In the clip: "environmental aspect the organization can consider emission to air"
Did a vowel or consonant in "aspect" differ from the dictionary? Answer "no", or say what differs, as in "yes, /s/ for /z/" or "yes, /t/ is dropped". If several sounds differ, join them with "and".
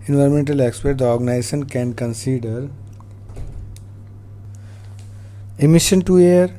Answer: yes, /k/ is dropped